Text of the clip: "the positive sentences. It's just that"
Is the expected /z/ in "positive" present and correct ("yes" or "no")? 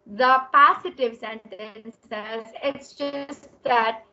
no